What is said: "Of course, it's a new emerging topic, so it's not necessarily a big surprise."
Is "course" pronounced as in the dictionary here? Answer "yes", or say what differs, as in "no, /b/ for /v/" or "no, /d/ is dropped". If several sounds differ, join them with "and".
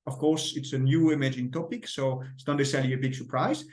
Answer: yes